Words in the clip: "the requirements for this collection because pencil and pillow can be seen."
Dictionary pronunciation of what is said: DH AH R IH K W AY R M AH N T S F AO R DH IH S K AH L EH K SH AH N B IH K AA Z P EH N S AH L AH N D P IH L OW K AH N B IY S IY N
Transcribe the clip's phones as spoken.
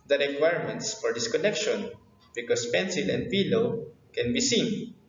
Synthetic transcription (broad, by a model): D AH R IH K W AY R M AH N T S F AO R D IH S K AH L EH K SH AH N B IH K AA S P EH N S AH L AH N D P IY L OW K AH N B IY S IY N